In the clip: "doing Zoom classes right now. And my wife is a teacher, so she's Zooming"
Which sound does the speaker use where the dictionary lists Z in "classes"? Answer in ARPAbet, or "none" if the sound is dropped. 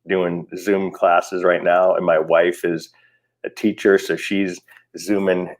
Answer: Z